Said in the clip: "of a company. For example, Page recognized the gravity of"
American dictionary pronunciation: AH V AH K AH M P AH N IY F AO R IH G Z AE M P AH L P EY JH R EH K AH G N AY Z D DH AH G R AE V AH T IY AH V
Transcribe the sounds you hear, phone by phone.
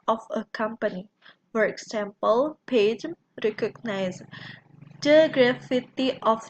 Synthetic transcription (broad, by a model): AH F AH K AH M P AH N IY F AO R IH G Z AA M P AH L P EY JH R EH K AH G N AY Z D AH G R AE F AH T IY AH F